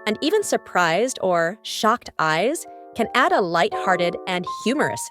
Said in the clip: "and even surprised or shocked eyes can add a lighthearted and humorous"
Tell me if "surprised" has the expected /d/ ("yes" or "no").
yes